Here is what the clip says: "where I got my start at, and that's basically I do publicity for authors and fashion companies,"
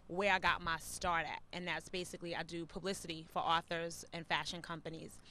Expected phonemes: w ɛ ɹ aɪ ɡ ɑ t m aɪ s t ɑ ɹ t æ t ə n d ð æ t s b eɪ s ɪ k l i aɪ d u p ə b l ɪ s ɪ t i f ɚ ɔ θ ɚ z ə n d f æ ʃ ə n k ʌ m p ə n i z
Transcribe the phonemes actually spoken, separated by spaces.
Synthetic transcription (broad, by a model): w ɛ ɹ aɪ ɡ ɑ t m aɪ s t ɑ ɹ t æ t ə n ð æ t s b eɪ s ɪ k l i aɪ d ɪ p ə b l ɪ s ɪ t i f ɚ ɔ θ ɚ z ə n f æ ʃ ə n k ʌ m p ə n i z